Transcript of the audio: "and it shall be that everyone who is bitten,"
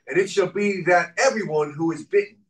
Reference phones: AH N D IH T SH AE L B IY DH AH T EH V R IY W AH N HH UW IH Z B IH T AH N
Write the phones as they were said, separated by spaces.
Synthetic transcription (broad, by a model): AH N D IH T SH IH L B IY DH AH T EH V R IY W AH N HH UW IH Z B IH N